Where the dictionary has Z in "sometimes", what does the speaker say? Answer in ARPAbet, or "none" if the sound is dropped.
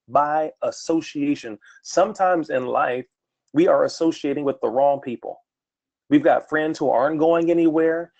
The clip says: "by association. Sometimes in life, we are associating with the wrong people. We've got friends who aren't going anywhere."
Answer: Z